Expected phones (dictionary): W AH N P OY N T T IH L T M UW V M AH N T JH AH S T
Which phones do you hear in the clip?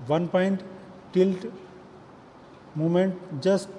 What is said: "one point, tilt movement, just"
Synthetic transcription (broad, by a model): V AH N P OY N T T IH L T M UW M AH N T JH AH S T